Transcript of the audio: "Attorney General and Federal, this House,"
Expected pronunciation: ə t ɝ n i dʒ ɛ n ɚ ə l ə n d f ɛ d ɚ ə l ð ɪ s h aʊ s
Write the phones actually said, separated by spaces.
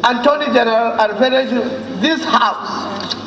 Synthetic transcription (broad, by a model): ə t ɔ n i dʒ ɛ n ɚ ə l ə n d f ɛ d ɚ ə n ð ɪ s h aʊ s